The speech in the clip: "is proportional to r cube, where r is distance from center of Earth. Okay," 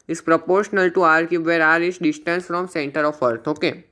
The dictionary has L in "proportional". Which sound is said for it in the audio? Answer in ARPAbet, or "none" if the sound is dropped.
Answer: L